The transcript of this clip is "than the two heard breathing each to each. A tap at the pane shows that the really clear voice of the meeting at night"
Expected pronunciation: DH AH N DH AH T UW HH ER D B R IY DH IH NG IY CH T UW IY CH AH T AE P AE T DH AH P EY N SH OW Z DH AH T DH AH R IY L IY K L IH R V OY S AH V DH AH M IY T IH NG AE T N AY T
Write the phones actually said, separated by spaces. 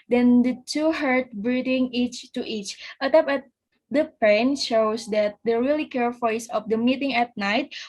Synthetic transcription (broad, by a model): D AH N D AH T UW HH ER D B R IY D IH NG IY CH T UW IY CH AH T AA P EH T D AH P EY N SH OW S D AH T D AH R IY L IY K EH R F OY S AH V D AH M IY T IH NG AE T N AY T